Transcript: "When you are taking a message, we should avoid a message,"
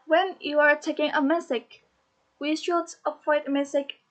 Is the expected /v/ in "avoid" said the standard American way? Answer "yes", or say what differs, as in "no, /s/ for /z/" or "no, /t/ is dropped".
no, /p/ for /v/